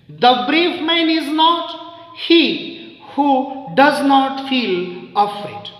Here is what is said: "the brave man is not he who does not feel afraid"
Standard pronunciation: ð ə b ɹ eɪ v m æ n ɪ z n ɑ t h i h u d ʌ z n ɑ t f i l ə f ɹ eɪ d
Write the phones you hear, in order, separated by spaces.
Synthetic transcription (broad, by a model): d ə b ɹ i f m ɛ n ɪ z n ɑ t h i h u d ʌ z n ɑ t f i l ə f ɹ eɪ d